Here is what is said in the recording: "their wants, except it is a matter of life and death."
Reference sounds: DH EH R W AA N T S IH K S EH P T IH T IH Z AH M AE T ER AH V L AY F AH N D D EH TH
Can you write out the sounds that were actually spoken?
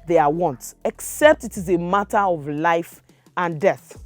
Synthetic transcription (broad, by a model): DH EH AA W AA N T IH K S EH P T IH T IH Z AH M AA T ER AH V L AY F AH N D D EH TH